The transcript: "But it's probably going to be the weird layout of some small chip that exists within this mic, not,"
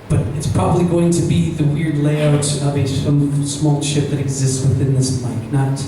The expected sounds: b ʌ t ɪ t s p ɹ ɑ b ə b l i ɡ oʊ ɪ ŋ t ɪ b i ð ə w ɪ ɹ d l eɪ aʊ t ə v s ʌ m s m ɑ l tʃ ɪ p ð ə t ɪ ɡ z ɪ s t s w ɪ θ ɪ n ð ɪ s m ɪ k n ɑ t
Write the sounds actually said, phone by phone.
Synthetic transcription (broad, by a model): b ʌ t ɪ t s p ɹ ɑ b ə b l i ɡ oʊ ɪ ŋ t ɪ b i ð ə w ɪ ɹ d l eɪ aʊ t ə v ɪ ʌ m s m ɑ l ʃ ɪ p ð ə t ɪ ɡ z ɪ s t s w ɪ θ ɪ n ð ɪ s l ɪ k n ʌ t